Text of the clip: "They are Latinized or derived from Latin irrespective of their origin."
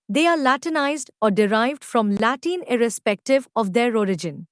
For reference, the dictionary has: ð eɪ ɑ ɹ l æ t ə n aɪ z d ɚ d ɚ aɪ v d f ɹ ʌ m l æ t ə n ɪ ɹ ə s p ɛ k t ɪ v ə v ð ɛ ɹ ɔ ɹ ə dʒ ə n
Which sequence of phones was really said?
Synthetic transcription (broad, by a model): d eɪ ɑ ɹ l æ t ə n aɪ z d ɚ d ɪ aɪ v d f ɹ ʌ m l æ t ə n ɪ ɹ ə s p ɛ k t ɪ v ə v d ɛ ɹ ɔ ɹ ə dʒ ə n